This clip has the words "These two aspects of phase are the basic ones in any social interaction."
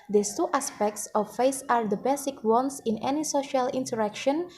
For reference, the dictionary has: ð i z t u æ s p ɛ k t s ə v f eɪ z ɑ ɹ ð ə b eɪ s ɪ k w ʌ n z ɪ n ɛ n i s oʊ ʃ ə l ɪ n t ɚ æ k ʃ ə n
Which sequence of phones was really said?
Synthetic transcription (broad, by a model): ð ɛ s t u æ s p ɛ k t s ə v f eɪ s ɑ ɹ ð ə b eɪ s ɪ k w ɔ n s ɪ n ɛ n i s oʊ ʃ ə l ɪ n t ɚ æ k ʃ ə n